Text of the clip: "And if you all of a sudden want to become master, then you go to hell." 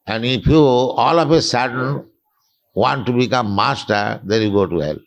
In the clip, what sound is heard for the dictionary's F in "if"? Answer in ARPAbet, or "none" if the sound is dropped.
P